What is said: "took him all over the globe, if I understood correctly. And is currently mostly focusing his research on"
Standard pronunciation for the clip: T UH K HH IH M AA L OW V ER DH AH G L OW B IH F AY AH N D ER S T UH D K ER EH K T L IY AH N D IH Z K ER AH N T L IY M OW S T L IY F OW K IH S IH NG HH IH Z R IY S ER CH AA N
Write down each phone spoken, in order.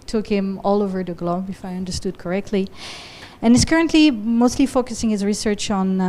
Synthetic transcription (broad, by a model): T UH K HH IH M AA L OW V ER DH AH G L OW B IH F AY AH N D ER S T UH D K ER EH K T L IY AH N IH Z K ER AH N T L IY M OW S T L IY F OW K IH S IH NG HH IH Z R IY S ER CH N